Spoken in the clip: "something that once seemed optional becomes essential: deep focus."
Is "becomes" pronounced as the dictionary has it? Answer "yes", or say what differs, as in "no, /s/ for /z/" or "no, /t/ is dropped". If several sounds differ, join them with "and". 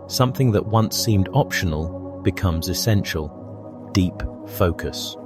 yes